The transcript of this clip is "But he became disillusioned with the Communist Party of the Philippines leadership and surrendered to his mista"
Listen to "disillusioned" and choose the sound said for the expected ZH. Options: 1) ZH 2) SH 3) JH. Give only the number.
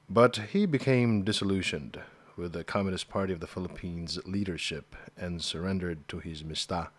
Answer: 2